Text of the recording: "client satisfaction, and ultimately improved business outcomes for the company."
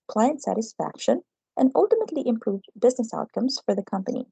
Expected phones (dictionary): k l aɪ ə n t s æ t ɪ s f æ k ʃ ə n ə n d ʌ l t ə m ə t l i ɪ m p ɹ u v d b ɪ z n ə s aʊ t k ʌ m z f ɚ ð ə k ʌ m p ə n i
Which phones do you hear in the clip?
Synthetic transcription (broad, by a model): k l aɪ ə n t s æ t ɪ s f æ k ʃ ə n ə n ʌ l t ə m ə t l i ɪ m p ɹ u v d b ɪ z n ə s aʊ t k ʌ m z f ɚ ð ə k ʌ m p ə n i